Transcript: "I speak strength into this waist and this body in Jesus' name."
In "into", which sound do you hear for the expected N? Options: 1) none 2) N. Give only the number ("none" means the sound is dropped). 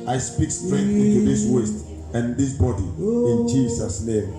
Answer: 1